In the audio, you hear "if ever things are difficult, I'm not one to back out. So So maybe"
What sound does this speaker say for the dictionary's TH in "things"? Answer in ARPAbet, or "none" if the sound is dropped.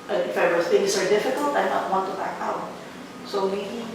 S